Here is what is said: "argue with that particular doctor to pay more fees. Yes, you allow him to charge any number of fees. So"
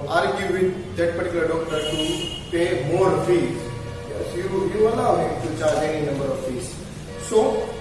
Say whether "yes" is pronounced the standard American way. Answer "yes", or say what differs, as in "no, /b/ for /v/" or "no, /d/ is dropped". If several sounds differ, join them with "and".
no, /s/ is dropped